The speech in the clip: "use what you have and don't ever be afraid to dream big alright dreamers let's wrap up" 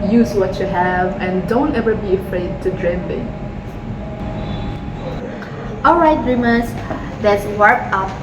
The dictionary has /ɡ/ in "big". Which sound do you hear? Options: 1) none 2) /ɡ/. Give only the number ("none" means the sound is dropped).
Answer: 1